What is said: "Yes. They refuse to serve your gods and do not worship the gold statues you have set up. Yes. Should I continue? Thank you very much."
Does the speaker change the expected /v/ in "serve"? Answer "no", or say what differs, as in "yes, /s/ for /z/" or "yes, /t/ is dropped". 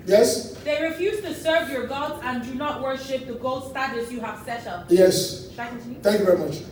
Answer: no